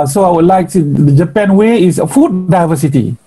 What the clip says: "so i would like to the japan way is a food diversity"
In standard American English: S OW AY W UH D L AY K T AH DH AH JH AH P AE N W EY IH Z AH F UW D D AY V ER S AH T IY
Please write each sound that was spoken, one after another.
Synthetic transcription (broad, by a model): S OW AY W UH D L AY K S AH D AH JH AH P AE N W EY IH S AH F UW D D AY V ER S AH T IY